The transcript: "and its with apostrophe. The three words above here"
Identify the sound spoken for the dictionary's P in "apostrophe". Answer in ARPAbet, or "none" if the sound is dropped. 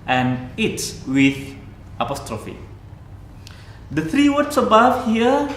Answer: P